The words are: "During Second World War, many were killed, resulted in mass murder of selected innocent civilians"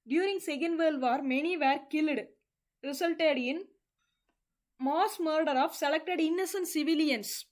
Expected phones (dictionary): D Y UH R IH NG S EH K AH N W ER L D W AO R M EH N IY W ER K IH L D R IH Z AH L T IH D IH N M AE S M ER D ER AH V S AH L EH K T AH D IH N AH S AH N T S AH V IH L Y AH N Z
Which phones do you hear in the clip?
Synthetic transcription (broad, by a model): D Y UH R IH NG S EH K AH N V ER L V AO R M EH N IY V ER K IH L D R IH S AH L T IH D IH N M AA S M ER D ER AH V S AH L EH K T AH D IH N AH S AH N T S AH V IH L Y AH N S